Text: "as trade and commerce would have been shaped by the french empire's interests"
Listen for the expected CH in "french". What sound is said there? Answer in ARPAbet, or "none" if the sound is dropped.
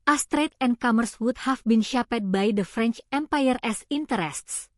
CH